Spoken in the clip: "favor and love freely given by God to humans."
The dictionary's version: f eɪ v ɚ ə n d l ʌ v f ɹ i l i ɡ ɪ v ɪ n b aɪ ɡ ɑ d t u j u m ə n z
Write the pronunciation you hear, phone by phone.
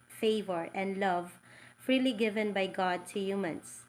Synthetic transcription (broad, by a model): f eɪ v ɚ ə n d l ʌ v f ɹ i l i ɡ ɪ v ɪ n b aɪ ɡ ɑ d t u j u m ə n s